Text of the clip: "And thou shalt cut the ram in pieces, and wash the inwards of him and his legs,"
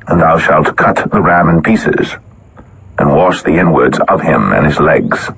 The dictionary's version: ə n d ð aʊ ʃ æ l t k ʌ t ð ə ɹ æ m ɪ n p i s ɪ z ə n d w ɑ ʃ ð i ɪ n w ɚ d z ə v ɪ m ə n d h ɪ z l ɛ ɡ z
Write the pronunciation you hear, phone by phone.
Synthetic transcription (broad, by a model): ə n ð aʊ ʃ æ l t k ʌ t ð ə ɹ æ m ɪ n p i s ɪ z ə n w ɑ ʃ ð i ɪ n w ɚ d z ə v ɪ m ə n ɪ z l ɛ ɡ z